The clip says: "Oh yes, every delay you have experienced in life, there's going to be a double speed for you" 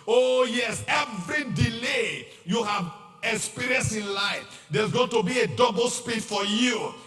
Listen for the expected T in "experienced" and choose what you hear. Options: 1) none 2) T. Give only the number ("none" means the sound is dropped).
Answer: 1